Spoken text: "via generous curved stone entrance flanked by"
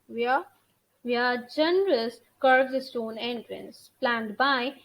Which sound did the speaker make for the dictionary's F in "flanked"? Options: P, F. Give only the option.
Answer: P